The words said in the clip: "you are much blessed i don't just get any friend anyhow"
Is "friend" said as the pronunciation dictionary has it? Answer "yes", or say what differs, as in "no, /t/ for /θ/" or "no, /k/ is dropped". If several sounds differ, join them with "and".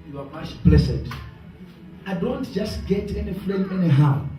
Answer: no, /l/ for /ɹ/